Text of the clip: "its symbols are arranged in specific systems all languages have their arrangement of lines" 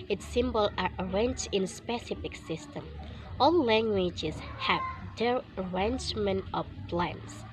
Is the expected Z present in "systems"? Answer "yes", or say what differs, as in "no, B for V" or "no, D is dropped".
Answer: no, Z is dropped